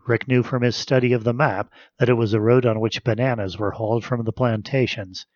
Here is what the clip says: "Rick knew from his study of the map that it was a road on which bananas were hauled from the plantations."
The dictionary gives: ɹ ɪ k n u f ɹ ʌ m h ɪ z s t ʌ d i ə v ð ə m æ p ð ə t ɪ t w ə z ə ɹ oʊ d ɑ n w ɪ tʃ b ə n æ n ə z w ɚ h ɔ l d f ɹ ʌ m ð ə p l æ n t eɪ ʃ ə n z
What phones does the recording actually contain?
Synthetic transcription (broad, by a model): ɹ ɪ k n u f ɹ ʌ m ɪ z s t ʌ d i ə v ð ə m æ p ð ə t ɪ t w ə z ə ɹ oʊ d n w ɪ tʃ b ə n æ n ə z w ɚ h ɔ l d f ɹ ʌ m ð ə p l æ n t eɪ ʃ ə n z